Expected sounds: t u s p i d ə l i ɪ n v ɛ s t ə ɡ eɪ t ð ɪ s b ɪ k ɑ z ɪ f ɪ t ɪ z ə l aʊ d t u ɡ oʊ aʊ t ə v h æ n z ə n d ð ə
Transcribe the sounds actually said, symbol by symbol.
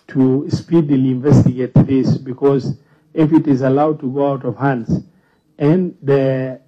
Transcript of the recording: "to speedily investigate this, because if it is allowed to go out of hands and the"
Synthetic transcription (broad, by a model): t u s p i d ə l i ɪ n v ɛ s t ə ɡ eɪ t ð ɪ s b ɪ k ɑ z ɪ f ɪ t ɪ z ə l aʊ d t u ɡ oʊ aʊ t ə v h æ n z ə n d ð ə